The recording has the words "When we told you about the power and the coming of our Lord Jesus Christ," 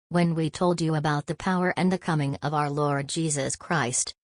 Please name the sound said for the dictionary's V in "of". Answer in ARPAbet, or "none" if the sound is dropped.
V